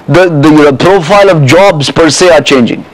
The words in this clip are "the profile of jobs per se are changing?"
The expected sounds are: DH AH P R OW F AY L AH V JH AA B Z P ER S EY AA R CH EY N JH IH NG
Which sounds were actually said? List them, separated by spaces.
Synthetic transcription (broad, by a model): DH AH P R OW F AY L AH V JH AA B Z P ER S EY AA R CH EY N JH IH NG